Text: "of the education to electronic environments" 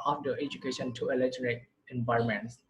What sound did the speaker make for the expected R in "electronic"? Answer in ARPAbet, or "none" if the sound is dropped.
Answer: none